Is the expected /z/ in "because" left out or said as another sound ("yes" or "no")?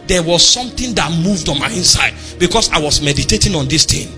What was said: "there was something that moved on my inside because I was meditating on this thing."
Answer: yes